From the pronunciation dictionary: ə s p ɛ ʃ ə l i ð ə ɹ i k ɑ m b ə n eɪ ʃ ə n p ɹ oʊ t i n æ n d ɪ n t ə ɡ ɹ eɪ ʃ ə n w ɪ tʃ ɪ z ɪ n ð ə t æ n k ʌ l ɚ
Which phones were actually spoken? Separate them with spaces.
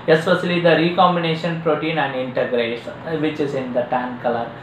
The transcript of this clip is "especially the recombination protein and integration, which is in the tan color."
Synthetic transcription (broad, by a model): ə s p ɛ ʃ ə l i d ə ɹ i k ɑ m b ə n eɪ ʃ ə n p ɹ oʊ t i n æ n d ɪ n t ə ɡ ɹ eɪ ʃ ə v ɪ tʃ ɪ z ɪ n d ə t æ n k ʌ l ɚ